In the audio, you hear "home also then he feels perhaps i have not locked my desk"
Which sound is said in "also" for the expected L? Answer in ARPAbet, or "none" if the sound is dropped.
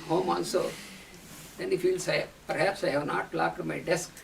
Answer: N